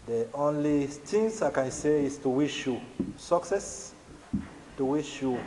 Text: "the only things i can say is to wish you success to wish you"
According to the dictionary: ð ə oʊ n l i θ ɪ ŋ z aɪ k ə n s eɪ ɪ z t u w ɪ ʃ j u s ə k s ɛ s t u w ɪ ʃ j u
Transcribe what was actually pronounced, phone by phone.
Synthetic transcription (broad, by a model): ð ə oʊ n l i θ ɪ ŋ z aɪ k ə n s eɪ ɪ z t u w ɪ ʃ j u s ə k s ɛ s t u w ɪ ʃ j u